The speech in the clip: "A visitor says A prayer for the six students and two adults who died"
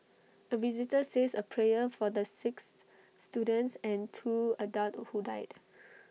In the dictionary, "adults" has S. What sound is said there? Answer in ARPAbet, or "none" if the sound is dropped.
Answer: none